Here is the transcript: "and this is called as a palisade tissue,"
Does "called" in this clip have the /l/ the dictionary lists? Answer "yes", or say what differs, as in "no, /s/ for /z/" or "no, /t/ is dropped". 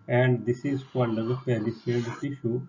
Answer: no, /n/ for /l/